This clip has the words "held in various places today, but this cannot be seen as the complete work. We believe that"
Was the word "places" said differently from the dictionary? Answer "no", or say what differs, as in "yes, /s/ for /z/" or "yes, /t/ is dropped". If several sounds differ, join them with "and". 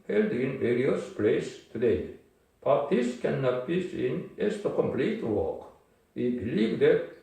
yes, /s/ is dropped and /s/ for /z/